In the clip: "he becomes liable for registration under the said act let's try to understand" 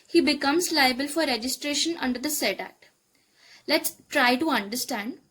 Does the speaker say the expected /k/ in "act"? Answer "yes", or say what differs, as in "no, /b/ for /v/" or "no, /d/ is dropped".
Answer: no, /k/ is dropped